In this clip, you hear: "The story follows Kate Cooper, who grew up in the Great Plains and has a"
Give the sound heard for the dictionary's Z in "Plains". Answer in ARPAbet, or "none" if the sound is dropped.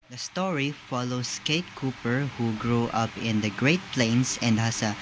S